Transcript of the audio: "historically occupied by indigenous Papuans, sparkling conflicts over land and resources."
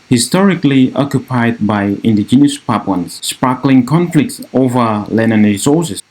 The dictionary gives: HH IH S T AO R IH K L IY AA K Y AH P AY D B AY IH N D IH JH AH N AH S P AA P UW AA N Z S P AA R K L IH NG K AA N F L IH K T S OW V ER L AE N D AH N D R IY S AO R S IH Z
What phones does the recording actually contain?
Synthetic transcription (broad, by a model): HH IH S T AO R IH K L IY AA K Y AH P AY D B AY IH N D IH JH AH N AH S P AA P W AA N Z S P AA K L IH NG K AA N F L IH K T S OW V ER L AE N AH N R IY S AO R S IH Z